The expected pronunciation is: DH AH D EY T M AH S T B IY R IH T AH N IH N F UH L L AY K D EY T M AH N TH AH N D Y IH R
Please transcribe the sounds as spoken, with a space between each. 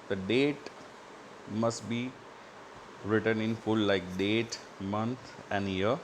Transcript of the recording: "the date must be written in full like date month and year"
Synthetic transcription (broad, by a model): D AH D EY T M AH S T B IY R IH T AH N IH N F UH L L AY K D EY T M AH N T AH N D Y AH R